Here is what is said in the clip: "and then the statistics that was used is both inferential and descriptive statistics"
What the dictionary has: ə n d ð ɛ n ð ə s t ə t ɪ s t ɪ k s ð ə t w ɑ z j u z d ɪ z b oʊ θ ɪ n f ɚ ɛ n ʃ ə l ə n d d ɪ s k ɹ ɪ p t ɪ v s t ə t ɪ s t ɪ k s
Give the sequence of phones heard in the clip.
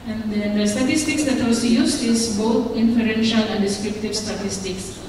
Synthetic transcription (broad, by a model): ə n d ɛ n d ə s t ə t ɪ s t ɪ k s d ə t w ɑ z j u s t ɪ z b oʊ t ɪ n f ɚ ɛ n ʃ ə l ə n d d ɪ s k ɹ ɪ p t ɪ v s t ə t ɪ s t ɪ k s